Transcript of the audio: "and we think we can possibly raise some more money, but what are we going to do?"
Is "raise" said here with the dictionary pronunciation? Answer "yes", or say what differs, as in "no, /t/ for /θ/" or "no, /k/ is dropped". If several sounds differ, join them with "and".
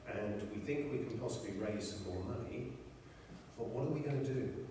yes